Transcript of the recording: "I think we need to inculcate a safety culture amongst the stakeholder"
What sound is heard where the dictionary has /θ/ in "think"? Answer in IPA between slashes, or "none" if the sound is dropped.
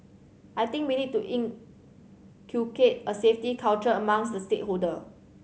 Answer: /t/